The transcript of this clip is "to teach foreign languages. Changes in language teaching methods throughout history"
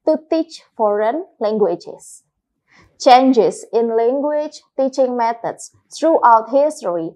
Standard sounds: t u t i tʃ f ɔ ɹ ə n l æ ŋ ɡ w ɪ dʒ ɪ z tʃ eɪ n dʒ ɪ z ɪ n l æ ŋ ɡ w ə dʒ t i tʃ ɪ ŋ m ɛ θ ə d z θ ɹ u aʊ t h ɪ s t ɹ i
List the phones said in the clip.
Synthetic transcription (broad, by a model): t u t i tʃ f ɔ ɹ ə n l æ ŋ ɡ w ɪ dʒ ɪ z tʃ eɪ n dʒ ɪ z ɪ n l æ ŋ ɡ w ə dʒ t i tʃ ɪ ŋ m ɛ t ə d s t ɹ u aʊ t h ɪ s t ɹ i